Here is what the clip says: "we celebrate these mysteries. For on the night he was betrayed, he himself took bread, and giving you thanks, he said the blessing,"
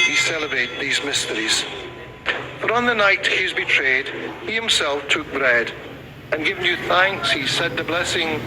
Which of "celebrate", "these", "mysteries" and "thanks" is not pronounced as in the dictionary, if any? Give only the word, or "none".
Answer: none